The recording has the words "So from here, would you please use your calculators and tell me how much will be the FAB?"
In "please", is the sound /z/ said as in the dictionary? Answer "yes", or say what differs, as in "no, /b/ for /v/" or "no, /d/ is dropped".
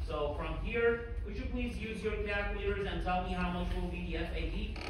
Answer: yes